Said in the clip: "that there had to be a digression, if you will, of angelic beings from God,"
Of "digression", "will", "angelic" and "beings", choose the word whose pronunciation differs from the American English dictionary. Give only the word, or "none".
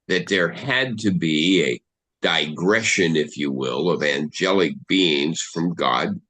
none